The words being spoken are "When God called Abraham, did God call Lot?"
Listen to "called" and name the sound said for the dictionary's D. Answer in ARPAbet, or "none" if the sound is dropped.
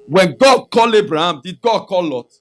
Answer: none